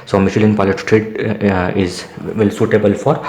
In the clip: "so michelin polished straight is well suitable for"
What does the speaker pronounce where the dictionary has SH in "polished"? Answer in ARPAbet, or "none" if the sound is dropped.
none